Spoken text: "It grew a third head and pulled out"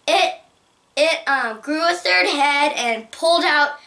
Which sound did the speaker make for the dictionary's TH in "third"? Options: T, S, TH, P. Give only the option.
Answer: TH